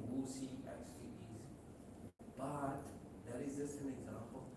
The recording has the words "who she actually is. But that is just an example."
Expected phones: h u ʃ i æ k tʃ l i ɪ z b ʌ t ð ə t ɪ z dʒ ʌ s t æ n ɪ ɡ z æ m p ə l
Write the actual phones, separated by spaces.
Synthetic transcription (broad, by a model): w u s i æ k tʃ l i ɪ z b ʌ t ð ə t ɪ z dʒ ʌ s t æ n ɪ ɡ z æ m p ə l